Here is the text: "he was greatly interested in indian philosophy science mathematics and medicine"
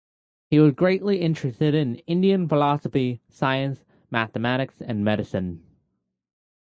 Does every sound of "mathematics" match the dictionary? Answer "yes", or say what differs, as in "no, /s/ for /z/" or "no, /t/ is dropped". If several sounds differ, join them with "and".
yes